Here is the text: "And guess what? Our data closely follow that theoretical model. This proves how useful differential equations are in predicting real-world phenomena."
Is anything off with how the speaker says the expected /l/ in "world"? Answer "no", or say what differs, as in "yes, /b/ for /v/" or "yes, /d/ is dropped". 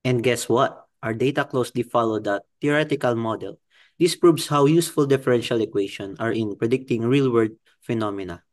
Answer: yes, /l/ is dropped